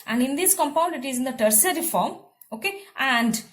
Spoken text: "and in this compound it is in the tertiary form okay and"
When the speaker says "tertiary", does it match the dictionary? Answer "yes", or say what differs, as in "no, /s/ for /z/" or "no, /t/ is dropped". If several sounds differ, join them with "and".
no, /s/ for /ʃ/